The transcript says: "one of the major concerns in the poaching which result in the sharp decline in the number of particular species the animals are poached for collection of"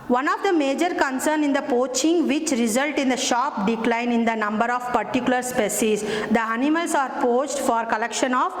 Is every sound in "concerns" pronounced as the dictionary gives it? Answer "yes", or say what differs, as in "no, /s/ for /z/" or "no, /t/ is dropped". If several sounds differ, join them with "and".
no, /z/ is dropped